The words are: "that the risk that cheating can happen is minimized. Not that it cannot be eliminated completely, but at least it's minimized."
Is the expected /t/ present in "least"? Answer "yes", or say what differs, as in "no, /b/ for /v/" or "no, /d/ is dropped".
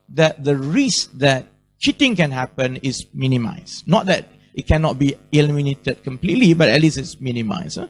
no, /t/ is dropped